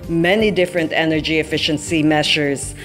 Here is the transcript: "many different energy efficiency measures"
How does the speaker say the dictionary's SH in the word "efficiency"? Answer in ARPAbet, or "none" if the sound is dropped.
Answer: SH